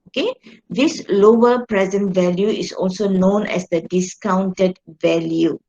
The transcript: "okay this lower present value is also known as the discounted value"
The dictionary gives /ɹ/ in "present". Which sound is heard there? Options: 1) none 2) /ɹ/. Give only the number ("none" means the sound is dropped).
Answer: 2